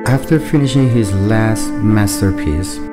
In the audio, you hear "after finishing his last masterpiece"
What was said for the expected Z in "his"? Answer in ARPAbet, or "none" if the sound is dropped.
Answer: Z